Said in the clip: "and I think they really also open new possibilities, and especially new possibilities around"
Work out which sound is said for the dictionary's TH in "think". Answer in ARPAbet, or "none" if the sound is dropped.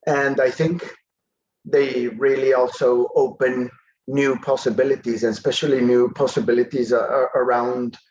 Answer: TH